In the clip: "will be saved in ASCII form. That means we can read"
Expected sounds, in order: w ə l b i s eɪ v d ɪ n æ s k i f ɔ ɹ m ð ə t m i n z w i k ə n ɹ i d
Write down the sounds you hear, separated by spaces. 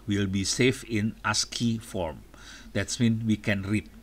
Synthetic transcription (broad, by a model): w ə l b i s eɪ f ɪ n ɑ s k i f ɔ ɹ m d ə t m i n w i k ə n ɹ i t